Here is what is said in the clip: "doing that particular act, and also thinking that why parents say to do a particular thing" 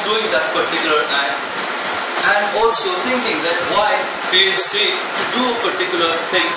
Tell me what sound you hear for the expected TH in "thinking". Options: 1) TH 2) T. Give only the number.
2